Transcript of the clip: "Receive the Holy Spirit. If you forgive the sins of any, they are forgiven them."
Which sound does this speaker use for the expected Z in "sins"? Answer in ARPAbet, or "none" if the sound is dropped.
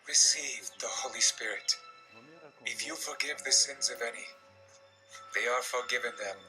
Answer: Z